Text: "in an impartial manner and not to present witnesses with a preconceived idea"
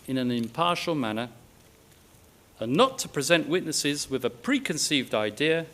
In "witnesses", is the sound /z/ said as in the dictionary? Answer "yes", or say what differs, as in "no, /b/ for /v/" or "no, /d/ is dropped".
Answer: yes